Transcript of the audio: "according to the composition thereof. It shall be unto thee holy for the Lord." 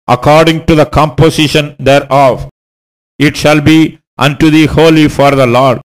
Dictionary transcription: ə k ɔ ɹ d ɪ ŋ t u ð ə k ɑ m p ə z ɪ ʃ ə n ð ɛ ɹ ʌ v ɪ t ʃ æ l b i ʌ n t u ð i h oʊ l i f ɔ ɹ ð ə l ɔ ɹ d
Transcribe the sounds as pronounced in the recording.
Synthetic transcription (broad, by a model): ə k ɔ ɹ d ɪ ŋ t u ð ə k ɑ m p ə s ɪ ʃ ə n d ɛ ɹ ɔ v ɪ t ʃ æ l b i ʌ n t u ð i h oʊ l i f ɔ ɹ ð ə l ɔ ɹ d